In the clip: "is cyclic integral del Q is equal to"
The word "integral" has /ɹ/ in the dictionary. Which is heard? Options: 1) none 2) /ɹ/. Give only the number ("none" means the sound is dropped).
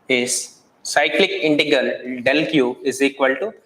1